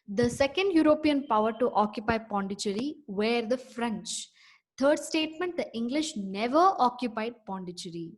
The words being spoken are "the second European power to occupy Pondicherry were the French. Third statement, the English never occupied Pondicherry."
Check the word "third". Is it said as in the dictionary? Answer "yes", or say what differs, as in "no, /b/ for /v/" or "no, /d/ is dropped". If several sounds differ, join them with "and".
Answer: no, /t/ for /θ/